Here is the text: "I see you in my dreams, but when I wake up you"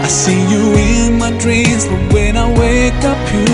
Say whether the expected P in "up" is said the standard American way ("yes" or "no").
yes